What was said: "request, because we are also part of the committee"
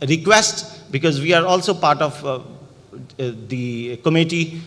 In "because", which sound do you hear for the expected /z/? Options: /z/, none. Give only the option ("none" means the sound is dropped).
/z/